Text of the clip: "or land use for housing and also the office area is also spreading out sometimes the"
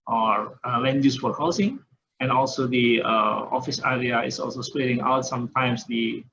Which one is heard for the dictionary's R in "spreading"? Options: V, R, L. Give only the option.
L